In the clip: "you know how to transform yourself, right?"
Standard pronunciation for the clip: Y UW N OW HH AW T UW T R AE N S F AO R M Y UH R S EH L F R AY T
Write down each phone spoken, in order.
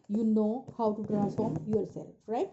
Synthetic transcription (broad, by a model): Y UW N OW HH AW T UW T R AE S AO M Y UH R S EH L F R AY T